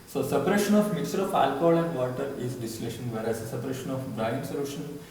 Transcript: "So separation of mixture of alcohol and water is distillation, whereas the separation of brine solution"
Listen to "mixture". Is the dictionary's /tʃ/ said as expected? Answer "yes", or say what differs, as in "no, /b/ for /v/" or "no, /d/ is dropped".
no, /tʃ/ is dropped